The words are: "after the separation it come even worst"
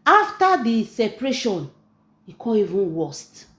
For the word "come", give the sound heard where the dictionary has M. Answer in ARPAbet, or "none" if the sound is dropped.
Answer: none